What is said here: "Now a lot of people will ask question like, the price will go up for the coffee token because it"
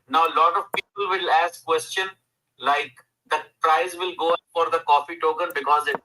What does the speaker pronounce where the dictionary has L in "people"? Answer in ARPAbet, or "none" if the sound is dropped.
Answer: L